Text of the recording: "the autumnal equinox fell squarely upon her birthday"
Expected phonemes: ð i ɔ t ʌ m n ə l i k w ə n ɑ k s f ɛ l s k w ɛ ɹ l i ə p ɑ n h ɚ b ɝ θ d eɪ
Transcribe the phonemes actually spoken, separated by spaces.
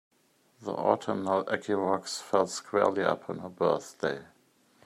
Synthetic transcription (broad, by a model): ð i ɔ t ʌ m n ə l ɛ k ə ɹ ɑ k s f ɛ l s k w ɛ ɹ l i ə p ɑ n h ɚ b ɝ θ d eɪ